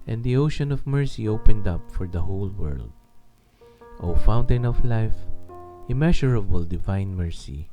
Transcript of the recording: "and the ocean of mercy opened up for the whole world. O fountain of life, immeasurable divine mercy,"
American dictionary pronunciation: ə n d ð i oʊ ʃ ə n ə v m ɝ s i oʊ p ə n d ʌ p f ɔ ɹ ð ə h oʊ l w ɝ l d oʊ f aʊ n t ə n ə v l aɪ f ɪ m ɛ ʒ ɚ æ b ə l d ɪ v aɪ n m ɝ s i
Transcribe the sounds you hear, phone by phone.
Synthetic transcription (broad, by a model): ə n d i oʊ ʃ ə n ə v m ɝ s i oʊ p ə n d ʌ p f ɔ ɹ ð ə h oʊ l w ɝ l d oʊ f aʊ n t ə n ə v l aɪ f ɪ m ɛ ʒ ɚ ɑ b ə l d ɪ v aɪ n m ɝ s i